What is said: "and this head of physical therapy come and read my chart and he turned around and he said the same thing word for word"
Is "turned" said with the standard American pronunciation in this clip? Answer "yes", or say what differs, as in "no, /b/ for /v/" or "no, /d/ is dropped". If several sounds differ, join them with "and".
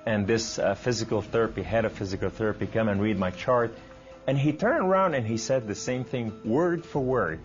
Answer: yes